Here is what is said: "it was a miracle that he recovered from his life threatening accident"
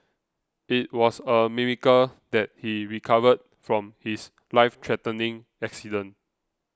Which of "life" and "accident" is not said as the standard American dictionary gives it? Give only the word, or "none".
accident